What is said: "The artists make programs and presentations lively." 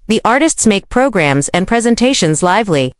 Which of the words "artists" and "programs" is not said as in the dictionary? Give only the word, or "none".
none